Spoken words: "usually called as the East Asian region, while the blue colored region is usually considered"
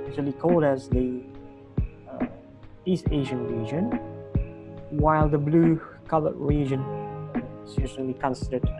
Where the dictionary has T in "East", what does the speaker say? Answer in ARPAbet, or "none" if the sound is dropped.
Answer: T